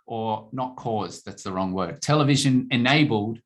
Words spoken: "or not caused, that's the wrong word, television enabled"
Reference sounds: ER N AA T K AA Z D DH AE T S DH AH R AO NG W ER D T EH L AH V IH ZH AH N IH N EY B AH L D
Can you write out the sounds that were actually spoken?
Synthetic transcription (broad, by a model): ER N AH T K AA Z DH AE T S DH AH R AO NG W ER D T EH L AH V IH ZH AH N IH N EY B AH L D